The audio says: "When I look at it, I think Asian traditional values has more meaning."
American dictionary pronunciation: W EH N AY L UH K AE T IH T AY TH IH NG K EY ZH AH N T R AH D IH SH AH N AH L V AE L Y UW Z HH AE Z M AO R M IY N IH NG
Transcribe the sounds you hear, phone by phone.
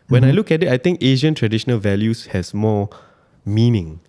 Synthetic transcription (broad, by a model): W EH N AY L UH K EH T IH T AY T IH NG K EY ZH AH N T R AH D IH SH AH N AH L V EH L Y UW S HH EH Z M AO M IY N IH NG